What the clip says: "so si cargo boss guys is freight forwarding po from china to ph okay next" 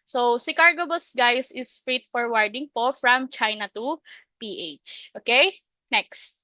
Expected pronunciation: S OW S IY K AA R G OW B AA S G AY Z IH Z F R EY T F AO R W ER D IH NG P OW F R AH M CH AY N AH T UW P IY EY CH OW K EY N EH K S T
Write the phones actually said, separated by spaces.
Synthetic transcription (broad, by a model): S OW S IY K AA R G OW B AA S G AY S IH S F R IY T F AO R W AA D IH NG P OW F R AH M CH AY N AH T UW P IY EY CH OW K EY N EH K S T